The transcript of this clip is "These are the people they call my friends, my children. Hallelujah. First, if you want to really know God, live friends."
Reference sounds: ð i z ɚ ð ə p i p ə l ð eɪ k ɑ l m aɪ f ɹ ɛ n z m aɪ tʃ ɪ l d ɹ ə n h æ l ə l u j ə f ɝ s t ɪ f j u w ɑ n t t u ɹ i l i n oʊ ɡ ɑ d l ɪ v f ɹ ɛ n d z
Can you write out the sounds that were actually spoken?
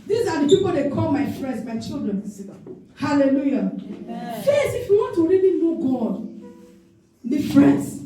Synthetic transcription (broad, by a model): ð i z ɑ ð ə p i p ə l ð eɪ k ɑ l m aɪ f ɹ ɛ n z m aɪ tʃ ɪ l d ɹ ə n h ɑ l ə l u j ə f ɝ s ɪ f j u w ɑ n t t u ɹ i l i n oʊ ɡ ɑ d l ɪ f ɹ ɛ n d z